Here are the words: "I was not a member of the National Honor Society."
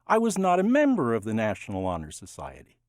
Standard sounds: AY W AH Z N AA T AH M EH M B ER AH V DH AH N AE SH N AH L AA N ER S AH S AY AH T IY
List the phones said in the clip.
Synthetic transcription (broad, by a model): AY W AH Z N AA T AH M EH M B ER AH V DH AH N AE SH N L AA N ER S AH S AY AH T IY